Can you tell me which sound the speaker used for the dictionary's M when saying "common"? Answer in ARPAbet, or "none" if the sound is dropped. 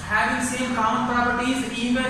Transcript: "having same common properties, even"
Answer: none